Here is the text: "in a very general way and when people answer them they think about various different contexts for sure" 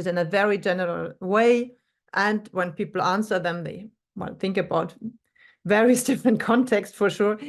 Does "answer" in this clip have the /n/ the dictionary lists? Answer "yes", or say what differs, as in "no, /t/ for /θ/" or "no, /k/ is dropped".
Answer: yes